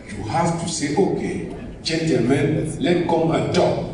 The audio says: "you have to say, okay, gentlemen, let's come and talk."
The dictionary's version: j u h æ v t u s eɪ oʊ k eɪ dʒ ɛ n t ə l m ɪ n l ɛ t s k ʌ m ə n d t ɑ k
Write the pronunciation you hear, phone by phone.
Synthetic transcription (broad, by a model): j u h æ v t u s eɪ oʊ k eɪ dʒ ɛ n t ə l m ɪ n l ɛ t k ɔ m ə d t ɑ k